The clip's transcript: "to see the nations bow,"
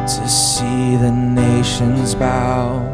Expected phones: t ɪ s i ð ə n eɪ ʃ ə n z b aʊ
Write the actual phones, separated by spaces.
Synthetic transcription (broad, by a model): t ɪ s i ð ə n eɪ ʃ ə n z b aʊ